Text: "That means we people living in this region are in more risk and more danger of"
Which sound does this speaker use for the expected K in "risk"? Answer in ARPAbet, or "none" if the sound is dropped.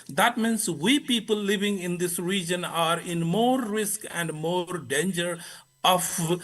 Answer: K